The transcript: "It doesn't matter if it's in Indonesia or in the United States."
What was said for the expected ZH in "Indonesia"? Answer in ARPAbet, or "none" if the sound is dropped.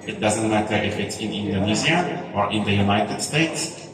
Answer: Z